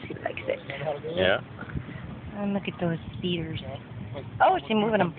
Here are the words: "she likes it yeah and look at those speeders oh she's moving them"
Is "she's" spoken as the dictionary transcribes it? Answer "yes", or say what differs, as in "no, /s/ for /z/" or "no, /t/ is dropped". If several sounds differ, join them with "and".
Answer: no, /s/ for /ʃ/